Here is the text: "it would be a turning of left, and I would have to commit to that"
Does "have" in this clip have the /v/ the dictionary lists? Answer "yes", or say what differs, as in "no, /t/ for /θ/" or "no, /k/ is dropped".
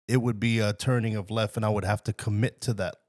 no, /f/ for /v/